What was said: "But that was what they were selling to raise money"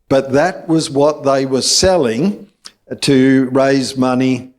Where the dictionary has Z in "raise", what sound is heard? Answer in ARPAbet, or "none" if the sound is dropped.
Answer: Z